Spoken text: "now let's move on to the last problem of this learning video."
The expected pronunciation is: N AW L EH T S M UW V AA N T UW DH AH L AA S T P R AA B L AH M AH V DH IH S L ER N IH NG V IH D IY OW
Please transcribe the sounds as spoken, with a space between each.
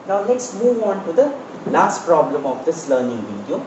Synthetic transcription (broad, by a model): N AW L EH T S M UW V AA N T UW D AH L AA S T P R AA B L AH M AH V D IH S L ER N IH NG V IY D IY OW